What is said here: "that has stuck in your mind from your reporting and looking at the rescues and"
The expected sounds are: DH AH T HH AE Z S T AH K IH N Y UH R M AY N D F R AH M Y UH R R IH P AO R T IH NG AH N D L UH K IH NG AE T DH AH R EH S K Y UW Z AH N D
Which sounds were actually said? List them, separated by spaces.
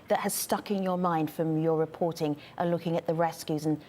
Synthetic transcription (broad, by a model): DH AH T HH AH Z S T AH K IH N Y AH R M AY N D F R AH M Y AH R R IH P AO R T IH NG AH L UH K IH NG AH T DH AH R EH S K Y UW Z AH N